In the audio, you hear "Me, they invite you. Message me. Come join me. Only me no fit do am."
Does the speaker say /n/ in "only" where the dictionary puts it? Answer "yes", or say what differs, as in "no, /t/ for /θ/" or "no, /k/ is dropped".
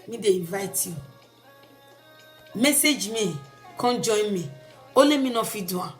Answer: no, /n/ is dropped